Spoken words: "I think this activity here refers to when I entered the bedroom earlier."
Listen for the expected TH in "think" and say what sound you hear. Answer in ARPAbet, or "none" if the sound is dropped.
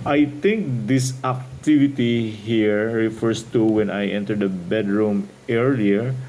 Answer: T